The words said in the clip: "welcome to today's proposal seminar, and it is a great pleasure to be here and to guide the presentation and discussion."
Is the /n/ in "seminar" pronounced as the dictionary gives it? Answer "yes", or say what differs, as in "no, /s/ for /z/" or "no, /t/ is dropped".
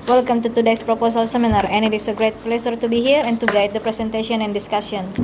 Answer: yes